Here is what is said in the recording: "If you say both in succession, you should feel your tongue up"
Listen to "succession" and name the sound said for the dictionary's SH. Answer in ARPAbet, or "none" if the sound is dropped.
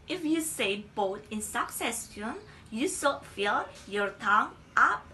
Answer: S